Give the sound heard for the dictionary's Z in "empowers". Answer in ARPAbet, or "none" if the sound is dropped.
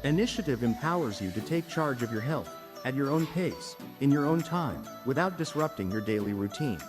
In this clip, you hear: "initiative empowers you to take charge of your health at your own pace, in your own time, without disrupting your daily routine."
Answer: Z